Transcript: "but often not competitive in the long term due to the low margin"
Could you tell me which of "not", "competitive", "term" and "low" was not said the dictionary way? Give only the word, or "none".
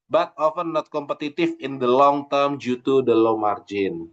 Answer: competitive